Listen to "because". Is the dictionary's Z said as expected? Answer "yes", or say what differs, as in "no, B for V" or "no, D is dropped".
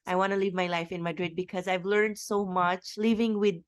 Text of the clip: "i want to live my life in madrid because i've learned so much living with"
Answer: yes